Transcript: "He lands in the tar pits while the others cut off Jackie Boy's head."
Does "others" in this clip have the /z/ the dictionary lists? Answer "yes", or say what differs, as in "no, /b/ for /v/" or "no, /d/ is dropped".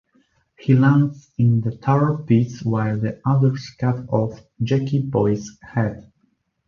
no, /s/ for /z/